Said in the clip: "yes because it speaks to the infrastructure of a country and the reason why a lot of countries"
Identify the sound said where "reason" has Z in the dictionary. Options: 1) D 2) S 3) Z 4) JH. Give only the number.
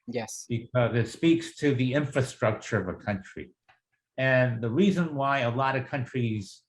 3